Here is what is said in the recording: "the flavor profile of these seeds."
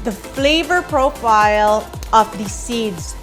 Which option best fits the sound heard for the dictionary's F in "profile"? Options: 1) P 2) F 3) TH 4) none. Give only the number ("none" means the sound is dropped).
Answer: 2